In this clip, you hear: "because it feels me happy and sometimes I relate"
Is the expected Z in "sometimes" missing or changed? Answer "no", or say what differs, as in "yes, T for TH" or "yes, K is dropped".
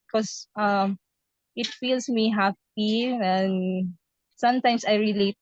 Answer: yes, S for Z